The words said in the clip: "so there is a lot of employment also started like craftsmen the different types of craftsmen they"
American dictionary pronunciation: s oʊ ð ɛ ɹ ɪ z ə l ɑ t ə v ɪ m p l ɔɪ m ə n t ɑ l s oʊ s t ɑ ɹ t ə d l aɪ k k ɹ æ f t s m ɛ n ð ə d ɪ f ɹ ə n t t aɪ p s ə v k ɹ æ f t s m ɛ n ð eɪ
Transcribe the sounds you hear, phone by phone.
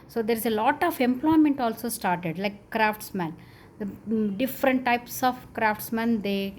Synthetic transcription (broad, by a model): s oʊ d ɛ ɹ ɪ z ə l ɑ t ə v ɪ m p l ɔɪ m ə n t ɑ l s oʊ s t ɑ ɹ t ə d l aɪ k k ɹ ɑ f t s m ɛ n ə d ɪ f ɹ ə n t t aɪ p s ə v k ɹ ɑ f t s m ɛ n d eɪ